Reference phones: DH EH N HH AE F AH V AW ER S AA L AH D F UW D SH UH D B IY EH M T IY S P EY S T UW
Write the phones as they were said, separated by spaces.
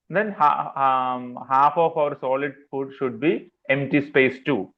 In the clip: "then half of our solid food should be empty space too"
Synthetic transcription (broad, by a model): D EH N HH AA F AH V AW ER S AA L AH D F UW D SH UH D B IY EH M T IY S P EY S T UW